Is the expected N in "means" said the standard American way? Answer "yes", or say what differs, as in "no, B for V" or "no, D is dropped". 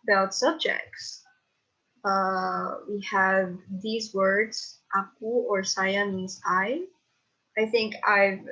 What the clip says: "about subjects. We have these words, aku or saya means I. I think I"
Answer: no, N is dropped